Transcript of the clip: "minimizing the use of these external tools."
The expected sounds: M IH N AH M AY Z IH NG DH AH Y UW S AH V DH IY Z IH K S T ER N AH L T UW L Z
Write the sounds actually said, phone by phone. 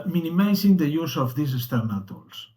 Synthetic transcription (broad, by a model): M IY N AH M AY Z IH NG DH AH Y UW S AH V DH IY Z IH S T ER N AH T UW L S